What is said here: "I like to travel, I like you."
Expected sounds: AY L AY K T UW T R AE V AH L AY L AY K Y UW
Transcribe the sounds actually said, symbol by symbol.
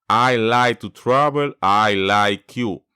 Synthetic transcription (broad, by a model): AY L AY K T UW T R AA B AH L AY L AY K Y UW